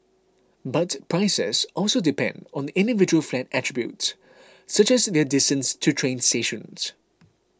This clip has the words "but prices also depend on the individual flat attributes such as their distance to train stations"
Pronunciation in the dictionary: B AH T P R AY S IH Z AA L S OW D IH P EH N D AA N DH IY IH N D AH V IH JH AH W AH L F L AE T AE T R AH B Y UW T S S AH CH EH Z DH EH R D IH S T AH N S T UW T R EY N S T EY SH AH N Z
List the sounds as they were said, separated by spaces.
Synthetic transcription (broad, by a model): B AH T P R AY S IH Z AA L S OW D IH P EH N D AA N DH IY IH N D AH V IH JH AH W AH L F L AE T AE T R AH B Y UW T S S AH CH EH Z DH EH D IH S T AH N S T UW T R EY N S T EY SH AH N S